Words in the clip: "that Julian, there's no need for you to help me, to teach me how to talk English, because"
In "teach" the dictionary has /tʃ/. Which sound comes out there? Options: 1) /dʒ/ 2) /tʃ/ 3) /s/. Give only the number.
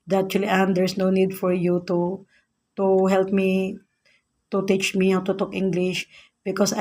2